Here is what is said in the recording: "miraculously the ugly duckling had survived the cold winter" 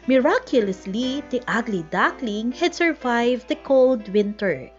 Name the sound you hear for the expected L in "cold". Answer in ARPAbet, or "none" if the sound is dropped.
L